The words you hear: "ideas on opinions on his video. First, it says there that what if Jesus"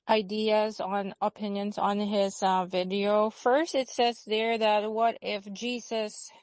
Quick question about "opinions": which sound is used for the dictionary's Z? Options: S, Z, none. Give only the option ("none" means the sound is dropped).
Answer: Z